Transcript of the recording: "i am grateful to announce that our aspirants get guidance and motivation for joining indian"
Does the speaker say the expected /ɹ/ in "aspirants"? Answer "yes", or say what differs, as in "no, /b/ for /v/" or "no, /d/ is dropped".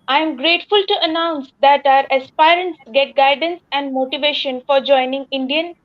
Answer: yes